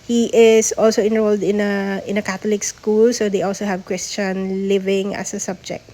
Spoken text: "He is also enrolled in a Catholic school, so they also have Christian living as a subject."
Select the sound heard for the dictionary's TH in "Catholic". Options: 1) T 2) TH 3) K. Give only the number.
1